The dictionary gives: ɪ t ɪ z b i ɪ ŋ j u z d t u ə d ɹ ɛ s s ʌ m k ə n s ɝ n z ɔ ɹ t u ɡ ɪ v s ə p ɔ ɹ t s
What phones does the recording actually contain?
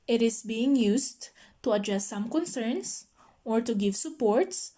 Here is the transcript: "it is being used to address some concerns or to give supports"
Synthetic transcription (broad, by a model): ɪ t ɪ s b i ɪ ŋ j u s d t u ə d ɹ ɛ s s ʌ m k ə n s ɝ n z ɔ ɹ t u ɡ ɪ v s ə p ɔ ɹ t s